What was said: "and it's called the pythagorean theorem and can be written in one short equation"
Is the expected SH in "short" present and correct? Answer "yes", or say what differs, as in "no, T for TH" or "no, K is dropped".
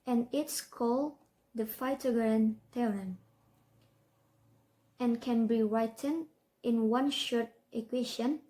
yes